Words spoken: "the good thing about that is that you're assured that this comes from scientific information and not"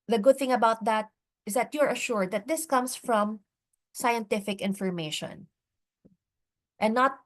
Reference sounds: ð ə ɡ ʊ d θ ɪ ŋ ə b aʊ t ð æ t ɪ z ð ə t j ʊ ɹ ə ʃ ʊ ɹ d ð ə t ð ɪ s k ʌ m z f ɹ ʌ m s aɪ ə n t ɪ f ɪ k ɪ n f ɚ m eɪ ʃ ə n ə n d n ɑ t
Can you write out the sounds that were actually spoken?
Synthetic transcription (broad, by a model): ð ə ɡ ʊ d θ ɪ ŋ ə b aʊ t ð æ t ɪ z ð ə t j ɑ ɹ ə ʃ ʊ ɹ d ð ə t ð ɪ s k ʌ m s f ɹ ʌ m s aɪ ə n t ɪ f ɪ k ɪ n f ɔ m eɪ ʃ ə n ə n n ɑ t